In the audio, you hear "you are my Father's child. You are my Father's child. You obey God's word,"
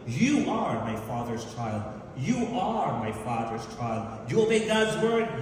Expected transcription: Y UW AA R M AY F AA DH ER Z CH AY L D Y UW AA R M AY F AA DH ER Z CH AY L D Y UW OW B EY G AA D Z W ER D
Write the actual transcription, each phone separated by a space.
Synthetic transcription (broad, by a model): Y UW AA R M AY F AA DH ER Z CH AY L D Y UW AA R M AY F AA DH ER Z CH AY L D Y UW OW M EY G AA D Z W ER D